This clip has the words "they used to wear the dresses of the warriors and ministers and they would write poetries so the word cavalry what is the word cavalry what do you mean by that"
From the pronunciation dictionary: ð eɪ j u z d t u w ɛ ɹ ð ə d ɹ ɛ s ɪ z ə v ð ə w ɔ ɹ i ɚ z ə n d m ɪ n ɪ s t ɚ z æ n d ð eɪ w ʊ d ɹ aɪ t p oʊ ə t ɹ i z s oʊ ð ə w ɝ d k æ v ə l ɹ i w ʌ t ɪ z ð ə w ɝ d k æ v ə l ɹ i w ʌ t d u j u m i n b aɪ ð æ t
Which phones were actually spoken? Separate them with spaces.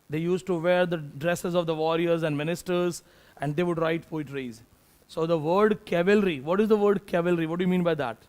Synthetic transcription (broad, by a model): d eɪ j u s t t u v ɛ ɹ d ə d ɹ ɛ s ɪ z ə v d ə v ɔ ɹ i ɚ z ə n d m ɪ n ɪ s t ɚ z æ n d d eɪ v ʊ d ɹ aɪ t f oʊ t ɹ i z s oʊ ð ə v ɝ d k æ v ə l ɹ i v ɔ t ɪ z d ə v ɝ d k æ v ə l ɹ i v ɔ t d u j u m i n b aɪ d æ t